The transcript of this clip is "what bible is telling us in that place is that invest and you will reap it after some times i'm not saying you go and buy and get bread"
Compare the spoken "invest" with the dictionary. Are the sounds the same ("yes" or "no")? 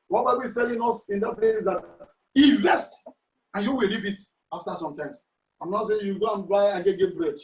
no